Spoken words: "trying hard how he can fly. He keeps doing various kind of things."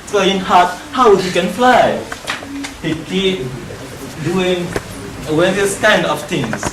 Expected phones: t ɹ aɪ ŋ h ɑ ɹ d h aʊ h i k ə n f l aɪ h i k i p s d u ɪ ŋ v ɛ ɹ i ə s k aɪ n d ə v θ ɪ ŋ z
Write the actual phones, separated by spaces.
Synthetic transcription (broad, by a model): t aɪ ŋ h ɑ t h aʊ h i k ə n f l aɪ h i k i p d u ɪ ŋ w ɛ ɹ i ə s k aɪ n d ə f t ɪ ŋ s